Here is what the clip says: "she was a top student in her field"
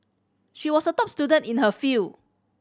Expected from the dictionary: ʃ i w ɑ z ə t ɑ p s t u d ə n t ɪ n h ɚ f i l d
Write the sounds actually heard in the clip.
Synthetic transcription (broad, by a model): ʃ i w ɑ s ə t ɑ p s t u d ə n t ɪ n h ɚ f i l